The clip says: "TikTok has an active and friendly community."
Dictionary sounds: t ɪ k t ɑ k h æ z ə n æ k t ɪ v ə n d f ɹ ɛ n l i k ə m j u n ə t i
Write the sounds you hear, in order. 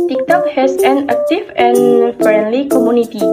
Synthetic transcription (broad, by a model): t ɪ k t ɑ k h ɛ s ə n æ k t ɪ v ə n f ɹ ɛ n l i k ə m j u n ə t i